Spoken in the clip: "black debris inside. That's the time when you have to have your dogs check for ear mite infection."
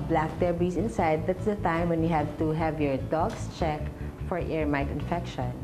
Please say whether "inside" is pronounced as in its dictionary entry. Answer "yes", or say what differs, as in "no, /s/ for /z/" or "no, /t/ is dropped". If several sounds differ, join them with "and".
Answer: yes